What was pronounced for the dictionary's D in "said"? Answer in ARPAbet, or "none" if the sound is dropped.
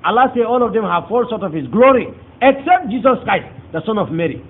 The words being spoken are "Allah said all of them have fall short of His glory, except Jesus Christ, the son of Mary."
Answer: none